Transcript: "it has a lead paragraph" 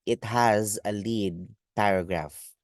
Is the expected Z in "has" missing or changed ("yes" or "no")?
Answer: no